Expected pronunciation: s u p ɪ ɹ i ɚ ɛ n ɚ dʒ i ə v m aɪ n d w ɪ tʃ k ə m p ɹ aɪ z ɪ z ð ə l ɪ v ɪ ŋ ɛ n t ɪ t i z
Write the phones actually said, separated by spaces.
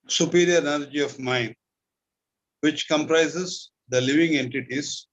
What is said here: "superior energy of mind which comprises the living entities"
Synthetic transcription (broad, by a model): s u p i ɹ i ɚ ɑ l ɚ dʒ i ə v m aɪ n d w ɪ tʃ k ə m p ɹ aɪ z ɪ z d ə l ɪ v ɪ ŋ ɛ n t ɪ t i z